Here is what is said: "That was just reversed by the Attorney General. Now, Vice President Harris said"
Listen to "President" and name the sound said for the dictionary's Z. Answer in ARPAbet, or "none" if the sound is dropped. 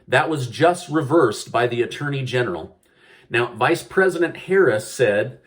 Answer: Z